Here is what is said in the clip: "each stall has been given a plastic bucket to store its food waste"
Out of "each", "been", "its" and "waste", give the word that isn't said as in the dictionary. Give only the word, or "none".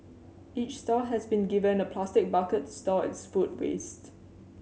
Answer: none